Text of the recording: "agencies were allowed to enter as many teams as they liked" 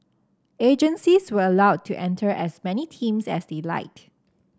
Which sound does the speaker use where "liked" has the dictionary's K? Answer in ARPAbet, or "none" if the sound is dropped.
none